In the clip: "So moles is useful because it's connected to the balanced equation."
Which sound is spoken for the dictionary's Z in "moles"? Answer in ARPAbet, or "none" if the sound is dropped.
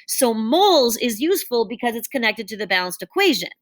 Z